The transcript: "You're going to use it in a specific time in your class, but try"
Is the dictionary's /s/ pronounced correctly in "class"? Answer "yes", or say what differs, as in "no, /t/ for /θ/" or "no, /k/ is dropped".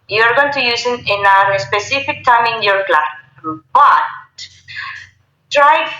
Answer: no, /s/ is dropped